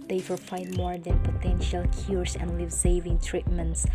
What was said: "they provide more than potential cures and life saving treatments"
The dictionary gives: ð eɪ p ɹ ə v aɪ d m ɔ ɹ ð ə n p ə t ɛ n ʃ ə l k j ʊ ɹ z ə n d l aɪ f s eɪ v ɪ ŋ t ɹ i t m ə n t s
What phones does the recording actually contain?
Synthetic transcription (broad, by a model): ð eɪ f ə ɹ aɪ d m ɔ ɹ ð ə n p ə t ɛ n ʃ ə l k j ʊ ɹ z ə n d l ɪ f s eɪ v ɪ ŋ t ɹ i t m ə n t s